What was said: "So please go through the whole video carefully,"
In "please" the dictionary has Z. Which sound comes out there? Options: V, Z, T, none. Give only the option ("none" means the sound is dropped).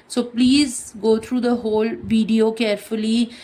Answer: Z